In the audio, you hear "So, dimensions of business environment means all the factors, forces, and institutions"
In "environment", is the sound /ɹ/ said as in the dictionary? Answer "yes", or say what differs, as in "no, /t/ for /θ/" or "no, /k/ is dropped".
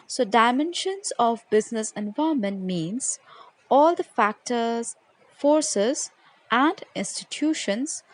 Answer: no, /ɹ/ is dropped